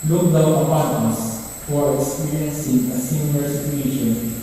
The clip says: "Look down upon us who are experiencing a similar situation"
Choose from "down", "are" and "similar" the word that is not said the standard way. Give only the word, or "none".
down